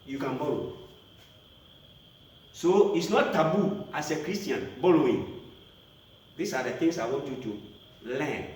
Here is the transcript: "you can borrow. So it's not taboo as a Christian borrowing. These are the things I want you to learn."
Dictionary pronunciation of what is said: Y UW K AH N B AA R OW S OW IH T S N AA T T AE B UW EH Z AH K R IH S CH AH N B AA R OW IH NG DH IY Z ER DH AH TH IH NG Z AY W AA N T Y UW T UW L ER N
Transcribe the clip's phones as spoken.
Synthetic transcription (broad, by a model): Y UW K AH N B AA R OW S OW IH T S N AA T T AE B UW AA S AH K R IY S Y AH N B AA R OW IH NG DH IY S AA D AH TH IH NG S AY W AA N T Y UW T UW L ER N